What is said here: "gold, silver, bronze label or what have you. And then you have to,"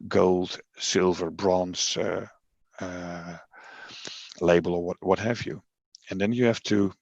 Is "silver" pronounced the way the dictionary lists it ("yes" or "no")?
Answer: yes